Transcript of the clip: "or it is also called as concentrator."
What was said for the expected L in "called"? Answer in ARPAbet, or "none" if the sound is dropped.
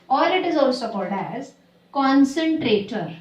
L